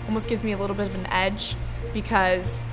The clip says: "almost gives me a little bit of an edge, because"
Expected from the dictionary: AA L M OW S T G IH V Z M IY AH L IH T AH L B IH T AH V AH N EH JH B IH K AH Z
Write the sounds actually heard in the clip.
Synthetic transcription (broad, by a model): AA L M OW S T G IH V Z M IY AH L IH T L B IH T AH V N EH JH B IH K AH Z